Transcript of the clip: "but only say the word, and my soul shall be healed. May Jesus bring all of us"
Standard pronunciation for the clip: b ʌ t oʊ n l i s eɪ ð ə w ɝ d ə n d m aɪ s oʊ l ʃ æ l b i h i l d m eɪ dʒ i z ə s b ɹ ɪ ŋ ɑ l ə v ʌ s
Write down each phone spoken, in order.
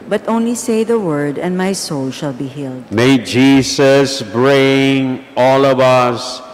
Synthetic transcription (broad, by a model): b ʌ t oʊ n l i s eɪ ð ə w ɝ d ə n d m aɪ s oʊ l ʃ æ l b i h i l d m eɪ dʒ i s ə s b ɹ ɪ ŋ ɑ l ə v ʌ s